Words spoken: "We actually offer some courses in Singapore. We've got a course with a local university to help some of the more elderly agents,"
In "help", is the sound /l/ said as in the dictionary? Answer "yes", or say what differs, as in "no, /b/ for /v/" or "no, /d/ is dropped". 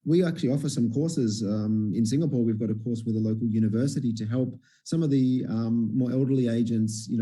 yes